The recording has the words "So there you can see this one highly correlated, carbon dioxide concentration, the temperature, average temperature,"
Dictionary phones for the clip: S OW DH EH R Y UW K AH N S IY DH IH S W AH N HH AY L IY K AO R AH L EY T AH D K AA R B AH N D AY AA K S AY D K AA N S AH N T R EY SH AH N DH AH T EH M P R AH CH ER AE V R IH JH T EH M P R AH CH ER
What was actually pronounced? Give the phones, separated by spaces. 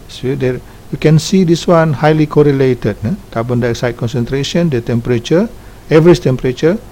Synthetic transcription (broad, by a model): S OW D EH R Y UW K AH N S IY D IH S W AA N HH AY L IY K AO R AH L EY T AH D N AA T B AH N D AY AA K S AY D K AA N S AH N T R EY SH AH N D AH T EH M P R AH CH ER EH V R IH CH T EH M P R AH CH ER